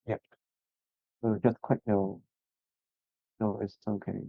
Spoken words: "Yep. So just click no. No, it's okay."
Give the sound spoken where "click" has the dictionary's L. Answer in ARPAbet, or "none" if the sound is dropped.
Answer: W